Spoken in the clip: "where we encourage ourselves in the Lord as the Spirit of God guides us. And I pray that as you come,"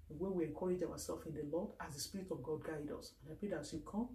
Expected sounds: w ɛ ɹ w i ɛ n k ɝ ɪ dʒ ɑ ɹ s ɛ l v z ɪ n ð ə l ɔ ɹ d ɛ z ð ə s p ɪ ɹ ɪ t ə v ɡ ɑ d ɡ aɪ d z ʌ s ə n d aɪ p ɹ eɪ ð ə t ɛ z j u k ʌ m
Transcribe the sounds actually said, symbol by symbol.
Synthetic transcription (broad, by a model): w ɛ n w i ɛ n k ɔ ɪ dʒ ɑ w s ɛ l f ɪ n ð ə l ɔ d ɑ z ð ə s p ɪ ɹ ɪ t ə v ɡ ɑ d ɡ aɪ d ʌ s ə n aɪ p ɹ eɪ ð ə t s j u k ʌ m